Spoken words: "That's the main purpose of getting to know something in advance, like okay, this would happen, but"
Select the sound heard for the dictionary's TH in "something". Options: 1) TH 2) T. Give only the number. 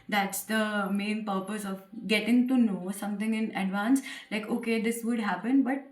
2